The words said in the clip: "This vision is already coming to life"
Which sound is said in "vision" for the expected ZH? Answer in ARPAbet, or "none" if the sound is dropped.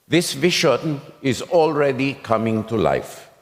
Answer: SH